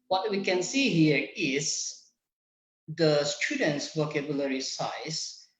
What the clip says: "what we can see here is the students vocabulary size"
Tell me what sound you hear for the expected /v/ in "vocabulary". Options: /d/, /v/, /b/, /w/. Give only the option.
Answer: /w/